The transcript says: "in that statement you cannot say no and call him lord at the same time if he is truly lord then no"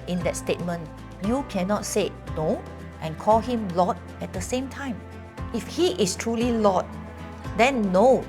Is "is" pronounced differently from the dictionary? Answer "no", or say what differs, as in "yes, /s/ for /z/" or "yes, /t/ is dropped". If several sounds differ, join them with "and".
yes, /s/ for /z/